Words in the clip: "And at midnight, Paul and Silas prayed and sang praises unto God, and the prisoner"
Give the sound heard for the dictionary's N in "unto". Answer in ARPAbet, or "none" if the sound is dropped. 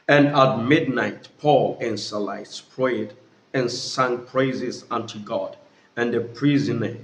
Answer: N